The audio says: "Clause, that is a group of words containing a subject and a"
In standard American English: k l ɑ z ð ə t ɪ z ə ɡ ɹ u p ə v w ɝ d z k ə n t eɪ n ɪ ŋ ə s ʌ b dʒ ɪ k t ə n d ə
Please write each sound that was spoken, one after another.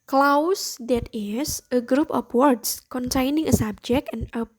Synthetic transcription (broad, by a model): k l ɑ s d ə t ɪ s ə ɡ ɹ u p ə p w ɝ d s k ə n t eɪ n ɪ ŋ ə s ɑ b dʒ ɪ k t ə n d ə